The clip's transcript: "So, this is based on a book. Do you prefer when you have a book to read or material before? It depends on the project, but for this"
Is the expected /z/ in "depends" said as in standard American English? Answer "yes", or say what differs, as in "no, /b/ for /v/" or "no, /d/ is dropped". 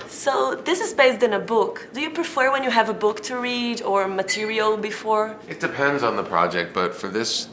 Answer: yes